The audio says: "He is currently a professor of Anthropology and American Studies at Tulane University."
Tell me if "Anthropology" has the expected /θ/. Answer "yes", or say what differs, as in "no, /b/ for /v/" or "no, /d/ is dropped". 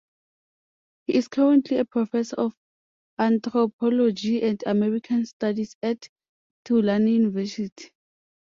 no, /t/ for /θ/